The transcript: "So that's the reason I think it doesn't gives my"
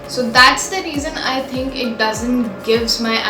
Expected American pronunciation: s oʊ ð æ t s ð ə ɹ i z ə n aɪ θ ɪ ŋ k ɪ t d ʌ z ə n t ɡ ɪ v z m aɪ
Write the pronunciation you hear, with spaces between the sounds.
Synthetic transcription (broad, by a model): s oʊ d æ t s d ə ɹ i z ə n aɪ t ɪ ŋ k ɪ t d ʌ z ə n t ɡ ɪ v z m aɪ